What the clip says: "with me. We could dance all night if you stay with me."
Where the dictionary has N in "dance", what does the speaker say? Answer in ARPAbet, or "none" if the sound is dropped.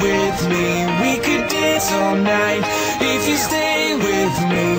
none